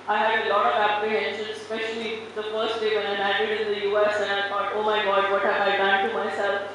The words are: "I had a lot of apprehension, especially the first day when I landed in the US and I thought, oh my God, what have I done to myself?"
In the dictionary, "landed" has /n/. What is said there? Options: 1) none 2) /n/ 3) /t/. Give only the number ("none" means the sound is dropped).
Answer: 1